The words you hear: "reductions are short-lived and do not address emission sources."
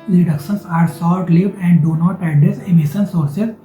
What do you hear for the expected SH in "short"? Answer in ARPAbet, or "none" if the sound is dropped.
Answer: S